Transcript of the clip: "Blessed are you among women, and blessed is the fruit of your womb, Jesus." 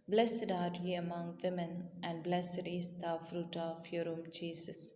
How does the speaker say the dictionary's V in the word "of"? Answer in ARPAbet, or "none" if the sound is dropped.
F